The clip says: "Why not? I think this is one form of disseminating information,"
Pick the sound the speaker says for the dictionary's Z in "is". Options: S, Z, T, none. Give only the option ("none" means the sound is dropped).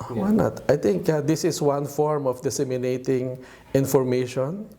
S